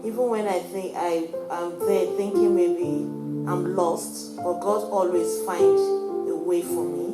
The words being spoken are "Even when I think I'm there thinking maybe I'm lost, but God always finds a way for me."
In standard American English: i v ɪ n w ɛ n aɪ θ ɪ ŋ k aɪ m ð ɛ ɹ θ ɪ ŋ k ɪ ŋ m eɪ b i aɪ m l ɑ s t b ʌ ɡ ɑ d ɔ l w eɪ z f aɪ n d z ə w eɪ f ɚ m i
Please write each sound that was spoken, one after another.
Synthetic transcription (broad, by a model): i v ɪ n w ɛ n aɪ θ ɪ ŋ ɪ aɪ m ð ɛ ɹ θ ɪ ŋ k ɪ ŋ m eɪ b i aɪ m l ɑ s t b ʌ ɡ ɑ d ɔ l w eɪ z f aɪ n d ə w eɪ f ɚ m i